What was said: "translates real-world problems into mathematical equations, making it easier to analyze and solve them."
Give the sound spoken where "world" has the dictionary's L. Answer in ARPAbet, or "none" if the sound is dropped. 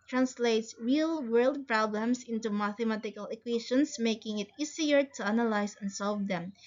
L